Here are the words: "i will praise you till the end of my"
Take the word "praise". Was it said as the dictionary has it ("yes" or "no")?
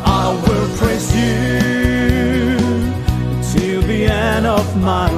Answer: no